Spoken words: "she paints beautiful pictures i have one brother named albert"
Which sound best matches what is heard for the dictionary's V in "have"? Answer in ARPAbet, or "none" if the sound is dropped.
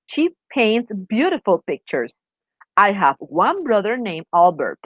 V